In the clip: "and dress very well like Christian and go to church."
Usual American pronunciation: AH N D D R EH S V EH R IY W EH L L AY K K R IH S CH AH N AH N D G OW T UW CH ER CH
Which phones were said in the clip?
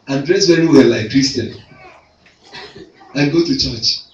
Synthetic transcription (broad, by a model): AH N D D R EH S W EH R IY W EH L L AY K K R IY S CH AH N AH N G OW T UW CH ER CH